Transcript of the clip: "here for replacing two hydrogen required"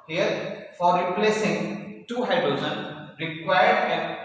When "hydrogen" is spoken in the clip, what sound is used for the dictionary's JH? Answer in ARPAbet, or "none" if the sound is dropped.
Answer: Z